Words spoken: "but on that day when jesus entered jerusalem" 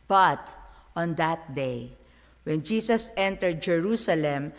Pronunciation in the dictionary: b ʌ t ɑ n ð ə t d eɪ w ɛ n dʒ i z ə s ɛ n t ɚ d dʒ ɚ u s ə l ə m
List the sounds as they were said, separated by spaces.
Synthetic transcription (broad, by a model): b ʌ t ɑ n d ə t d eɪ w ɛ n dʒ i s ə s ɛ n t ɚ d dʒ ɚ u s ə l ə m